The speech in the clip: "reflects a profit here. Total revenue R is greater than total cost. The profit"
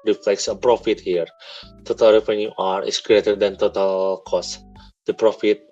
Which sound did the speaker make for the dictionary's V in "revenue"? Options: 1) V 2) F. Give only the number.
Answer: 2